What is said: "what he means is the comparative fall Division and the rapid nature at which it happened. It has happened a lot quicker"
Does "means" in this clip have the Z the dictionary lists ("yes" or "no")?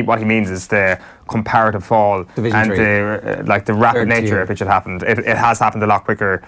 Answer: yes